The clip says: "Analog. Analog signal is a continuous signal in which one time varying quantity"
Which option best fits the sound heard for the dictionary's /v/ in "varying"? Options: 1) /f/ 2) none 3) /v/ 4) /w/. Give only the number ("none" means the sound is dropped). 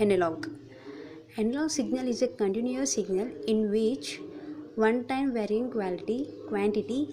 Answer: 3